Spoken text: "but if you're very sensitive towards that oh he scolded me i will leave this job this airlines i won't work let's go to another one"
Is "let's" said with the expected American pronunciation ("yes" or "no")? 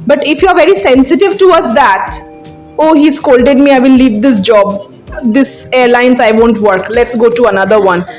yes